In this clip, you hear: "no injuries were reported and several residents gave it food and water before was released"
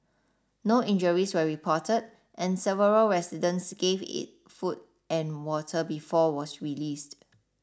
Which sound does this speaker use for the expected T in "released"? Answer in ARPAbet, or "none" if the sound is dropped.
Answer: T